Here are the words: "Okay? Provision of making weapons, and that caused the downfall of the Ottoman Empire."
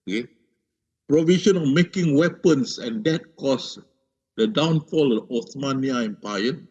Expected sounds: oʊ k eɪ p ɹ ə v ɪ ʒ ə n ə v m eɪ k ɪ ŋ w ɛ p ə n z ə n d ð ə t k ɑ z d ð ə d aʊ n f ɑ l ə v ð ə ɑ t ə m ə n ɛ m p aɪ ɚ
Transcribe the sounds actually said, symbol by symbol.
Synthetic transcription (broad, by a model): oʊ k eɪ p ɹ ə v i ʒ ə n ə f m eɪ k ɪ ŋ w ɛ p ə n s ə n d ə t k ɑ s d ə d aʊ n f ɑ l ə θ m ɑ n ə ə ɛ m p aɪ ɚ